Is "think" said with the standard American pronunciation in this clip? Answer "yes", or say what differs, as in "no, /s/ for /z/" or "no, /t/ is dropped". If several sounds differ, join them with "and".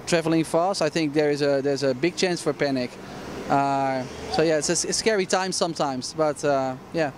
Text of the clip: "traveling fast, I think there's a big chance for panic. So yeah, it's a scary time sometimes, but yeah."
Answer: yes